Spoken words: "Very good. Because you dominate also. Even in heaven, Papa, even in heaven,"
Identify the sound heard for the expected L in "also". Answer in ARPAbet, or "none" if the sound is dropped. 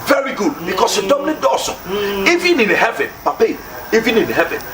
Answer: none